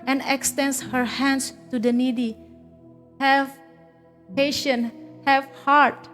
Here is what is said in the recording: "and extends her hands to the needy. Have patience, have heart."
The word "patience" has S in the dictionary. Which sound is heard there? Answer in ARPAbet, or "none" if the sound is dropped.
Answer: none